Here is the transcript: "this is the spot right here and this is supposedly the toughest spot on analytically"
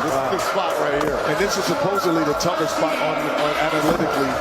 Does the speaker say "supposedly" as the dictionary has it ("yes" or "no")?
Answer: yes